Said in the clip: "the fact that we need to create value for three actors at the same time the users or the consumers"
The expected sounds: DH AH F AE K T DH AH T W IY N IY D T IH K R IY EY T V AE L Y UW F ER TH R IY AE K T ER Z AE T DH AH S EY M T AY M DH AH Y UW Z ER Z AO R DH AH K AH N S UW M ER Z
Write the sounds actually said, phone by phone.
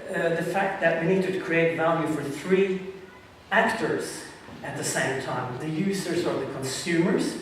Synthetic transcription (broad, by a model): DH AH F AE K T DH AH T W IY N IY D T IH K R IY EY T V AE L Y UW F ER TH R IY AE K T ER Z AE T DH AH S EY M T AY M DH AH Y UW Z ER Z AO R DH AH K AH N S UW M ER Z